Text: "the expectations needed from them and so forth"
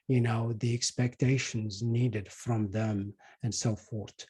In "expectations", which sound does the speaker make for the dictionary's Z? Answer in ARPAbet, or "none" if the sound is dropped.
Z